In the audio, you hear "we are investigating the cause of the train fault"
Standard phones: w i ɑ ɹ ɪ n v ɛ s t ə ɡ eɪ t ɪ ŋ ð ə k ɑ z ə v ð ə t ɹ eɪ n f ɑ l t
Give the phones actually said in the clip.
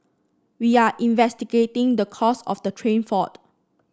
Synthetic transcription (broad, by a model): w i ɑ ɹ ɪ n v ɛ s t ə ɡ eɪ t ɪ ŋ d ə k ɑ s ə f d ə t ɹ eɪ n f ɑ t